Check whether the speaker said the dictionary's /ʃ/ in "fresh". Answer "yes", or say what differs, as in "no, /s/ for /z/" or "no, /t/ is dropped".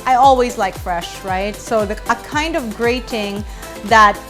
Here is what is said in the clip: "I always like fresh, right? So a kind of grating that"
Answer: yes